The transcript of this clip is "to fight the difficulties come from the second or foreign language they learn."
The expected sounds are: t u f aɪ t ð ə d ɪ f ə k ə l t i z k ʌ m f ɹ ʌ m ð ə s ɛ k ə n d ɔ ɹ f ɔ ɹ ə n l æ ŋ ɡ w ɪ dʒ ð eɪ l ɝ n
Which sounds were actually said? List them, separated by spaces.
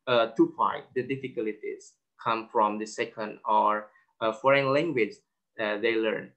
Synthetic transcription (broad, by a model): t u p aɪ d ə d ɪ f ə k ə l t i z k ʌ m f ɹ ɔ m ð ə s ɛ k ə n d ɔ ɹ f ɔ ɹ ə n l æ ŋ ɡ w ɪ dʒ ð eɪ l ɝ n